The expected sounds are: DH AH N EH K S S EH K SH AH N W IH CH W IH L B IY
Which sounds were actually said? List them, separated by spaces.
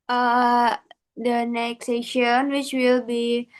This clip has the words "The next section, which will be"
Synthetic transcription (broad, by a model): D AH N EH K S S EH SH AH N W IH CH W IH L B IY